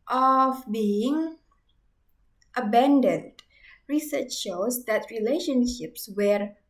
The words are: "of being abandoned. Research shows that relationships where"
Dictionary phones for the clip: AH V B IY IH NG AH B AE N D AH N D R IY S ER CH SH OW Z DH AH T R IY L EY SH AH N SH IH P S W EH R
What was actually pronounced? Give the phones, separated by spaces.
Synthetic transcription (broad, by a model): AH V B IY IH NG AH B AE N D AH N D R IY S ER CH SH OW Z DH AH T R IY L EY SH AH N SH IH P S W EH R